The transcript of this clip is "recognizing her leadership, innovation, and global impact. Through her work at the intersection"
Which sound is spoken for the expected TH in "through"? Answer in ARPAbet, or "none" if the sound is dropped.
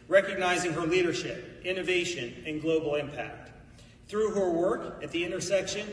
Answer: TH